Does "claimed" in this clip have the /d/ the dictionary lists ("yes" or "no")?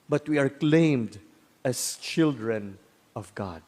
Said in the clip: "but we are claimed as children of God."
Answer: yes